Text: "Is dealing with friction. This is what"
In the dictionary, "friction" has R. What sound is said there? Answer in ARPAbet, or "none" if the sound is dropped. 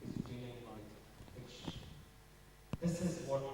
none